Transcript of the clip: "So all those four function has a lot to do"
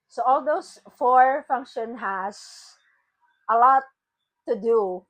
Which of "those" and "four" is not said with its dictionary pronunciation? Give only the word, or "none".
those